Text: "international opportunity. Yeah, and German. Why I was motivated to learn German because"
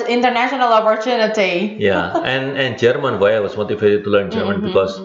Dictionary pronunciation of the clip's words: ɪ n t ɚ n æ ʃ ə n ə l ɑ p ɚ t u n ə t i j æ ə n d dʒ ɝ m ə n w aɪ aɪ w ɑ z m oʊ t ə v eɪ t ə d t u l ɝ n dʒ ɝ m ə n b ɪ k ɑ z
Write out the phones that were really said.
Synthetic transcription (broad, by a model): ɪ n t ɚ n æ ʃ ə n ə l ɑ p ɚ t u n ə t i j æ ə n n dʒ ɝ m ə n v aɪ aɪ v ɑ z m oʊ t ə f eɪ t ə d t u l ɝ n dʒ ɝ m ə n b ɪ k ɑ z